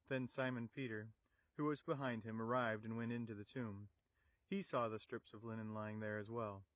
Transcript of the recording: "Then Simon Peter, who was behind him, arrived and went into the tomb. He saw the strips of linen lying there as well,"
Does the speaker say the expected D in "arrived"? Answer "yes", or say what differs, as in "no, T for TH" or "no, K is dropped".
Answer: yes